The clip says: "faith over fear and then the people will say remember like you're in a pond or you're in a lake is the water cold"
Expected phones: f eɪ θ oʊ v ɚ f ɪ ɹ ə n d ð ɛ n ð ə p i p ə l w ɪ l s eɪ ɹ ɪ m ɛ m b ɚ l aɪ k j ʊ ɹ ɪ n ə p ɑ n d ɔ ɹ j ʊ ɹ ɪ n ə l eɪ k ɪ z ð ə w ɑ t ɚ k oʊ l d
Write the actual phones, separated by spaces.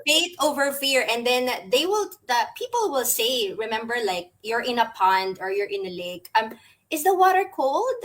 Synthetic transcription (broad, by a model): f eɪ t oʊ v ɚ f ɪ ɹ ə n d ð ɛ n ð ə p i p ə l w ɪ l s eɪ ɹ ɪ m ɛ m b ɚ l aɪ k j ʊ ɹ ɪ n ə p ɑ n d ɔ ɹ j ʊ ɹ ɪ n ə l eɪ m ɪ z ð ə w ɑ t ɚ k oʊ l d